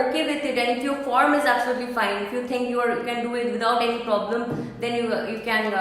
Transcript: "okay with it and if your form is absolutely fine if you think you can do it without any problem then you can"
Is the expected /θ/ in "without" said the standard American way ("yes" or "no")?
no